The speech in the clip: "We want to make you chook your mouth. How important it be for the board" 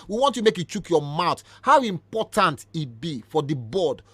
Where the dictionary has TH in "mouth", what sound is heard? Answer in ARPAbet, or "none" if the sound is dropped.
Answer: T